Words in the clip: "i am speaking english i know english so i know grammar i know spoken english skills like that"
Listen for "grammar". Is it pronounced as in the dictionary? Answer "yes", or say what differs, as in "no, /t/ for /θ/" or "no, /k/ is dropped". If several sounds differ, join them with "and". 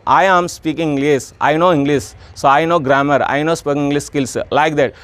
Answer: yes